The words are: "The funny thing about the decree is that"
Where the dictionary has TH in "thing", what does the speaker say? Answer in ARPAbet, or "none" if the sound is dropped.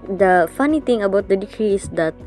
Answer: T